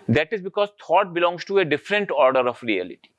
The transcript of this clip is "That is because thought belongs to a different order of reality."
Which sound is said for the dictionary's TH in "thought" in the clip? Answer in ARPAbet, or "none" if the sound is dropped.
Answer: T